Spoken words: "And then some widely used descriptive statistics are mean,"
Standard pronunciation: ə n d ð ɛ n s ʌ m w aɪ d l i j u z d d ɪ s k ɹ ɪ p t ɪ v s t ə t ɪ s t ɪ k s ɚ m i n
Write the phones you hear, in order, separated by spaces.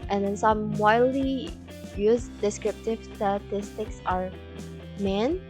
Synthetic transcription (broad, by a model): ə n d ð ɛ n s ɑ m w aɪ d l i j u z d d ɪ s k ɹ ɪ p t ɪ v s t ə t ɪ s t ɪ k s ɚ m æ n